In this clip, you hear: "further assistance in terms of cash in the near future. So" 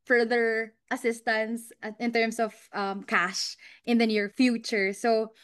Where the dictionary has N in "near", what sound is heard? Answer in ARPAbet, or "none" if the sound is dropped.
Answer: N